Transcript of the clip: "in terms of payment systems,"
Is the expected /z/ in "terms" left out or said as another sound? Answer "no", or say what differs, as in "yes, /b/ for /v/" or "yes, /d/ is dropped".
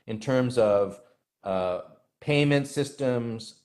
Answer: no